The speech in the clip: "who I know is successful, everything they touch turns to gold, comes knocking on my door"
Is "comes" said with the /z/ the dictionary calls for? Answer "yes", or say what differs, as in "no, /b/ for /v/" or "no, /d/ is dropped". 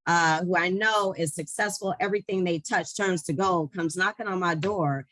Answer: yes